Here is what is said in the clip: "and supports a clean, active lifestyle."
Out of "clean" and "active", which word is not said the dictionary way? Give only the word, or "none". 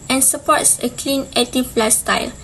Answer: active